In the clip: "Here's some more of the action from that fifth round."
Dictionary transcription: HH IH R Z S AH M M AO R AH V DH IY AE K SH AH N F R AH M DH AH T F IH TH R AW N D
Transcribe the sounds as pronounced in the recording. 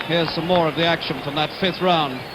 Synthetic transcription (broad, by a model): HH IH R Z S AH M M AO R AH V DH IY AE K SH AH N F R AH M DH AH T F IH TH R AW N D